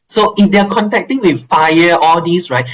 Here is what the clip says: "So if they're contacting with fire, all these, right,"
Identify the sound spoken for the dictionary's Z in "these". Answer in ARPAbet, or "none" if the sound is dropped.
S